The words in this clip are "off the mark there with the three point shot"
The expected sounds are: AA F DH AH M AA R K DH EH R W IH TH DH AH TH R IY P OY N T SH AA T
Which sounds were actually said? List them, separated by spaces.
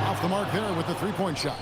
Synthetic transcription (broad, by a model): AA F DH AH M AA R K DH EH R W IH DH AH TH R IY P OY N T SH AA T